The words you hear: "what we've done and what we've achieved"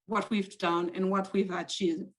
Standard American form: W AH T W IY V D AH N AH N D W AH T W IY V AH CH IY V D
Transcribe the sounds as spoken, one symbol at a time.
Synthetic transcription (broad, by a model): W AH T W IY V D AH N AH N W AH T W IY V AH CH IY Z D